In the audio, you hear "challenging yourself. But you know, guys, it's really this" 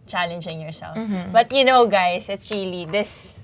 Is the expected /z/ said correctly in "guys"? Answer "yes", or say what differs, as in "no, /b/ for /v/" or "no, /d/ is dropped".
no, /s/ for /z/